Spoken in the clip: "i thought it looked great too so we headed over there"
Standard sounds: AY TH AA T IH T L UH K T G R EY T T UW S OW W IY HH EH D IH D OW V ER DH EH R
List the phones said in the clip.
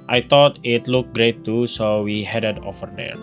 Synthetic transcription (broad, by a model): AY T AA T IH T L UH K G R EY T T UW S OW W IY HH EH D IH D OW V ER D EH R